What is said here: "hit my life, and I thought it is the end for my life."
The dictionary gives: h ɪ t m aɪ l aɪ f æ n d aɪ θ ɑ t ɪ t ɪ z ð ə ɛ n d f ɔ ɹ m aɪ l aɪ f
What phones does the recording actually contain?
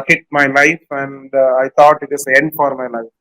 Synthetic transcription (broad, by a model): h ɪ t m aɪ l aɪ f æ n d aɪ t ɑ t ɪ t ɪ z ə ɛ n d f ɔ ɹ m aɪ l aɪ f